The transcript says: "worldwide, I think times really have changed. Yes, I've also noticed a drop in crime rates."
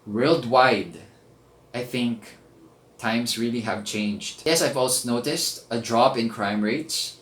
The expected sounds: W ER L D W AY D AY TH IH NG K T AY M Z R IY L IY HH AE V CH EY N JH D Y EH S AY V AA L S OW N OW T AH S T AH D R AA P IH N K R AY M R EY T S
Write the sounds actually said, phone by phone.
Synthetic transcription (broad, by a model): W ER L D W AY D AY TH IH NG K T AY M S R IY L IY HH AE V CH EY N JH D Y EH S AY V AA L S OW N OW T AH S T AH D R AA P IH N K R AY M R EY T S